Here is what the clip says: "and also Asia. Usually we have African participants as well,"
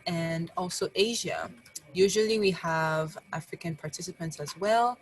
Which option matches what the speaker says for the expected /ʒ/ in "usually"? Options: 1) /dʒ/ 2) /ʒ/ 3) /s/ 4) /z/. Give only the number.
2